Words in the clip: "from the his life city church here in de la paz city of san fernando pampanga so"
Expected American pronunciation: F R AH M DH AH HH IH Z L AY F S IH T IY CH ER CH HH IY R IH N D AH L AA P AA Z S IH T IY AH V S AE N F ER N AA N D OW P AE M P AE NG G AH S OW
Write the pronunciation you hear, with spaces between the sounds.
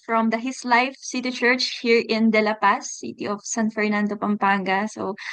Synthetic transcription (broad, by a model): F R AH M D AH HH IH S L AY F S IH T IY CH ER CH HH IY R IH N D AH L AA P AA S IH T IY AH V S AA N F ER N AA N D OW P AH M P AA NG G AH S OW